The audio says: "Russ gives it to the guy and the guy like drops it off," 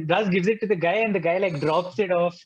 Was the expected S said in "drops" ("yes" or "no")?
yes